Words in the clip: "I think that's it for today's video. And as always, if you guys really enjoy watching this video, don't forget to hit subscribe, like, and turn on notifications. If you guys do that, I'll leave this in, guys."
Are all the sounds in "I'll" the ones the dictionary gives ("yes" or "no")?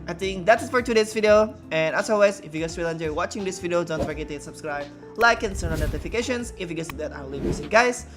no